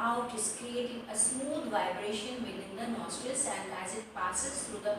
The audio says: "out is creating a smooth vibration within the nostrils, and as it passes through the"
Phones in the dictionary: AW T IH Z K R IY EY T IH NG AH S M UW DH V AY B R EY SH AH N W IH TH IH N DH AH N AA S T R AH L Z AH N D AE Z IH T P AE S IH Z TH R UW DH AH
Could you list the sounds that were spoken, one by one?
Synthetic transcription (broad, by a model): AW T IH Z K R IY EY T IH NG AH S M UW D V AY B R EY SH AH N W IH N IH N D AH N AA S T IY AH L S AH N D AE Z IH T P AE S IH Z T R UW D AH